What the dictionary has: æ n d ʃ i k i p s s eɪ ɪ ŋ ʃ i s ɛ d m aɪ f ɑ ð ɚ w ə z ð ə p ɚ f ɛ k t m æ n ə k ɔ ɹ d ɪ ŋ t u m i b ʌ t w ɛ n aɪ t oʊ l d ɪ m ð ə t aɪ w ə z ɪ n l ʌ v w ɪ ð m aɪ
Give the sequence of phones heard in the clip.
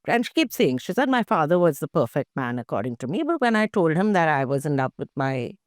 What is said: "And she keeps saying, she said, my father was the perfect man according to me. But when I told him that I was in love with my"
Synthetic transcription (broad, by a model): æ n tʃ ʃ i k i p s s eɪ ɪ ŋ ʃ i s ɛ d m aɪ f ɑ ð ɚ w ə z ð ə p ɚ f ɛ k t m æ n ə k ɔ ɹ d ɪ ŋ t u m i b ʌ t w ɛ n aɪ t oʊ l d ɪ m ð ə t aɪ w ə z ɪ n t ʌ p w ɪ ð m aɪ